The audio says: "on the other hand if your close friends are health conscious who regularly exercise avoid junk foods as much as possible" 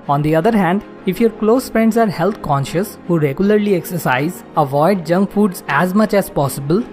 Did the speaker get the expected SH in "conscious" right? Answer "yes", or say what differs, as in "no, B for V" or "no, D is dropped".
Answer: yes